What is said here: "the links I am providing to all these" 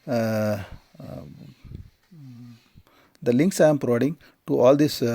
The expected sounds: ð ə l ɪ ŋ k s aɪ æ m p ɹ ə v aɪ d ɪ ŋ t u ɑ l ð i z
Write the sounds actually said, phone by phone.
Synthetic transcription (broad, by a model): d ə l ɪ ŋ k s aɪ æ m p ɹ ə v aɪ d ɪ ŋ t u ɑ l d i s